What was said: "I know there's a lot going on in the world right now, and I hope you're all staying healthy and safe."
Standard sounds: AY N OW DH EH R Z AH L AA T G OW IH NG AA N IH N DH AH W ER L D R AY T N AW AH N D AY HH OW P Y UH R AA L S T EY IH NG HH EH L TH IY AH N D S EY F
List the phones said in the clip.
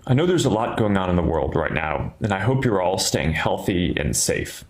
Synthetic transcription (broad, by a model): AY N OW DH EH R Z AH L AA T G OW IH NG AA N IH N DH AH W ER L D R AY T N AW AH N AY HH OW P Y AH R AA L S T EY IH NG HH EH L TH IY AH N S EY F